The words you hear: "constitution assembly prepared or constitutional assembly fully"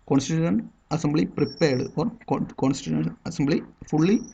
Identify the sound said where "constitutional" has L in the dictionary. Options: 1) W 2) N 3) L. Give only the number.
2